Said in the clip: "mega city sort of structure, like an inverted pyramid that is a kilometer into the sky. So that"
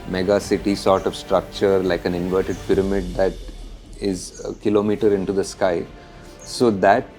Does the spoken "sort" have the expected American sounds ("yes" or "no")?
yes